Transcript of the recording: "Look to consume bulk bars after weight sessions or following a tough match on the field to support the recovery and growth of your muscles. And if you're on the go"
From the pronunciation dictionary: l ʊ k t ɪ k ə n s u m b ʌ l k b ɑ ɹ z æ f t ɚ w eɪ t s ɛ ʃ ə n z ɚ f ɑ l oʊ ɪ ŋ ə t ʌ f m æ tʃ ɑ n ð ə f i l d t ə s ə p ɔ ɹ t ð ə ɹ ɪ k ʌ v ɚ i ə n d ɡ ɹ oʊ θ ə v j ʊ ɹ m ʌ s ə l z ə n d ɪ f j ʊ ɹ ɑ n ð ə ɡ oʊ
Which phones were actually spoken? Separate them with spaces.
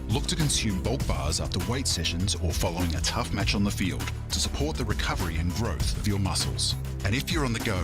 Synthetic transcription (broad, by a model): l ʊ k t ɪ k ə n s u m b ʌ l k b ɑ ɹ z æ f t ɚ w eɪ t s ɛ ʃ ə n z ɚ f ɑ l oʊ ɪ ŋ ə t ʌ f m æ tʃ n ð ə f i l d t ə s ə p ɔ ɹ t ð ə ɹ ɪ k ʌ v ɚ i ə n ɡ ɹ oʊ θ ə v j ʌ ɹ m ʌ s l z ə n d ɪ f j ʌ ɹ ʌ n ð ə ɡ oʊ